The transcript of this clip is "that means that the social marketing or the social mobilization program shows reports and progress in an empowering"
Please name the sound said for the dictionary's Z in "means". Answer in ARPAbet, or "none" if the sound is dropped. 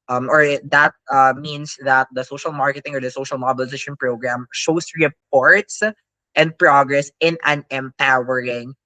S